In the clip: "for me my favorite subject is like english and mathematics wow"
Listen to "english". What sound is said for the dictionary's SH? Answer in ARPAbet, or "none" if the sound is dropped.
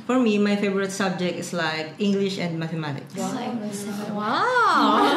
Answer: SH